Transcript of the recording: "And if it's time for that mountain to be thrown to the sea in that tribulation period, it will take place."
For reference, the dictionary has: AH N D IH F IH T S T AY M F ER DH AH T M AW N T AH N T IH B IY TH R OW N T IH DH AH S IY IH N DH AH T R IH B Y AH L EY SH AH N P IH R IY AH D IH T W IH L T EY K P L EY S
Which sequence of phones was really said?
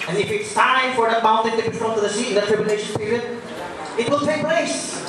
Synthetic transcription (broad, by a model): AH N IH F IH T S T AY F ER DH AH T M AW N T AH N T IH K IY F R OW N T IH DH AH S IY IH N DH AH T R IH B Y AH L EY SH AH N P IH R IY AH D IH T W IH L T EY K P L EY S